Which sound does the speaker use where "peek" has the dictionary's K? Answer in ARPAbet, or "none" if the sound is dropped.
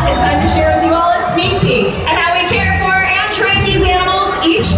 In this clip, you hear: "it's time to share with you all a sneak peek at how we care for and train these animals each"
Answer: none